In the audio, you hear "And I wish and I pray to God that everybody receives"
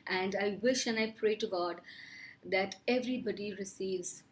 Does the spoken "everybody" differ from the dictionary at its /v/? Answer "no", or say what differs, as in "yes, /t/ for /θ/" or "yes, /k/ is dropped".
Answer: no